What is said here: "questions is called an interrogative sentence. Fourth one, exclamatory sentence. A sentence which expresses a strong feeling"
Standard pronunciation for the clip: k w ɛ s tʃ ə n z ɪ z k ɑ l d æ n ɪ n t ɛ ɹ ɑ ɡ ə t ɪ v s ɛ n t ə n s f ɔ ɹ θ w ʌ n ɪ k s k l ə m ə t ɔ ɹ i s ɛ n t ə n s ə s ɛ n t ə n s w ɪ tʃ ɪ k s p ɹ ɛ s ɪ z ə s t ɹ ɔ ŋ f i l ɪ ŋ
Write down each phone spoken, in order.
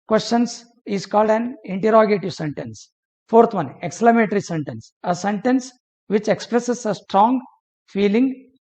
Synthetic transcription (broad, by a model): k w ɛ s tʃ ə n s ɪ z k ɑ l d æ n ɪ n t ɛ ɹ ɑ ɡ ə t ɪ v s ɛ n t ə n s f ɔ ɹ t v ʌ n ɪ k s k l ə m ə t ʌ ɹ i s ɛ n t ə n s ə s ɛ n t ə n s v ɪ tʃ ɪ k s p ɹ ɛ s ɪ s ə s t ɹ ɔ ŋ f i l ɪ ŋ